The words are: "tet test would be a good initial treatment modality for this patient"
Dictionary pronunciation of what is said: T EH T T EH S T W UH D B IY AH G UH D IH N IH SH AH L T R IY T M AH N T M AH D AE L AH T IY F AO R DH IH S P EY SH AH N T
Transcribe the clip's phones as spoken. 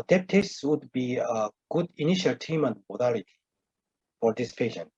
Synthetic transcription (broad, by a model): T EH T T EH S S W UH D B IY AH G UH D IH N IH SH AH L T IY M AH N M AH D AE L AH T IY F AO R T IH S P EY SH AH N